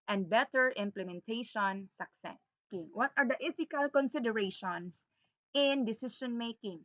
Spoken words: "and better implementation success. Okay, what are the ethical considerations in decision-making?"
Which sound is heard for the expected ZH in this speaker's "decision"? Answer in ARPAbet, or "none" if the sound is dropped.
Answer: SH